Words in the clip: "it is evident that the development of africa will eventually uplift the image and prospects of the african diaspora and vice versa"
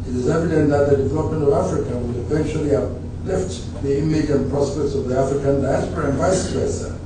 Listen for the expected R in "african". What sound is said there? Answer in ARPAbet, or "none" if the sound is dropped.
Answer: R